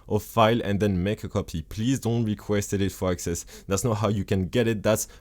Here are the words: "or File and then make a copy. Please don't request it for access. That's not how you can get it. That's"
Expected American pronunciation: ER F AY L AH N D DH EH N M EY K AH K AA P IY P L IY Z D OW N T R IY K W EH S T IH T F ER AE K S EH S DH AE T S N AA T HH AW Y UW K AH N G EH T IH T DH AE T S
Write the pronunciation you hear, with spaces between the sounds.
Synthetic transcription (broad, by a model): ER F AY L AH N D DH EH N M EY K AH K AA P IY P L IY Z D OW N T R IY K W EH S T IH T F ER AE K S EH S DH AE T S N AA T HH AW Y UW K AH N G EH T IH T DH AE T S